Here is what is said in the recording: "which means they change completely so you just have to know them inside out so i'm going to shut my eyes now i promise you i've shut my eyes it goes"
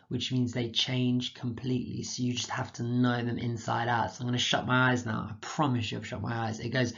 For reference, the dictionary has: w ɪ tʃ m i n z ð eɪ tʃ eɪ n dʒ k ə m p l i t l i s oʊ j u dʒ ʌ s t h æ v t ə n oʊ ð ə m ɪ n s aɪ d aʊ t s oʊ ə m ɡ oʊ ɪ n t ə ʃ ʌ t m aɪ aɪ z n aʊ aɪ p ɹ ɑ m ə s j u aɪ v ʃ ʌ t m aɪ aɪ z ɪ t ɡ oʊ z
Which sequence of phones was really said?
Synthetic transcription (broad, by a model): w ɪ tʃ m i n z ð eɪ tʃ eɪ n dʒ k ə m p l i t l i s oʊ j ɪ dʒ ʌ s t h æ f t ə n oʊ ð ə m ɪ n s aɪ d aʊ t s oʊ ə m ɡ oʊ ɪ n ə ʃ ʌ t m aɪ aɪ z n aʊ aɪ p ɹ ɑ m ə s j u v ʃ ʌ t m aɪ aɪ z ɪ t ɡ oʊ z